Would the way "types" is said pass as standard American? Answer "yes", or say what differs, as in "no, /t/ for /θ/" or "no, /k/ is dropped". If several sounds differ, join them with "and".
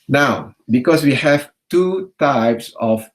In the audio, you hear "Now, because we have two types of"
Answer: yes